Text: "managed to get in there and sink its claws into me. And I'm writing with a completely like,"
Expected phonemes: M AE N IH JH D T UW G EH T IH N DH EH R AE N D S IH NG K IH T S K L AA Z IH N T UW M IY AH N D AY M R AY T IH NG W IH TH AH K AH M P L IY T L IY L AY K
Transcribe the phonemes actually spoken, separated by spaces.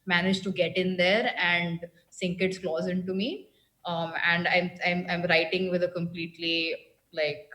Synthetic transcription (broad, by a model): M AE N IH JH T UW G EH T IH N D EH R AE N D S IH NG K IH T S K L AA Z IH N T UW M IY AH N D AY M R AY T IH NG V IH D AH K AH M P L IY T L IY L AY K